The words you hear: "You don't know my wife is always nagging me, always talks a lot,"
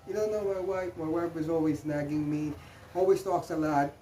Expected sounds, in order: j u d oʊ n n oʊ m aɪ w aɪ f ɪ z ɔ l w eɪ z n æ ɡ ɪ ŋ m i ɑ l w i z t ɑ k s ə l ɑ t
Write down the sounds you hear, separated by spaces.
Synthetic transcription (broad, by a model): j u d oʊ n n oʊ m aɪ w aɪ p ɪ z ɔ l w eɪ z n æ ɡ ɪ ŋ m i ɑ l w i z t ɑ k s ə l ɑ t